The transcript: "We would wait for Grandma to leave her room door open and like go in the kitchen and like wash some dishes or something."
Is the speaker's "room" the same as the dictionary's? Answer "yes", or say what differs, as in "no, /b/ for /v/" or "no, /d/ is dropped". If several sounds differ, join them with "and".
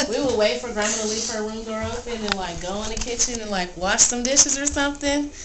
no, /w/ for /ɹ/